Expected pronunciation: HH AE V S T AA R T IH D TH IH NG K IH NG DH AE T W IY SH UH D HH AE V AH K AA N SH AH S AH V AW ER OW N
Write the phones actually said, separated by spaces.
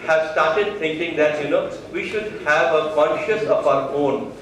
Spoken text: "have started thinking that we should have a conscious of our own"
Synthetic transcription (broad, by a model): HH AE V S T AA R T IH D T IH NG K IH NG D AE T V IY SH UH D HH AE V AH K AA N SH AH S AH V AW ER OW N